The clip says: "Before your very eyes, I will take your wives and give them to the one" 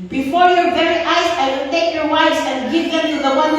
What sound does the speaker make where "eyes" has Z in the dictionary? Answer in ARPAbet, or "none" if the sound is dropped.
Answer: S